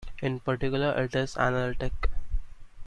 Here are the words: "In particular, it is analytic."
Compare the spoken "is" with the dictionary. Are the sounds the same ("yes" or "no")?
no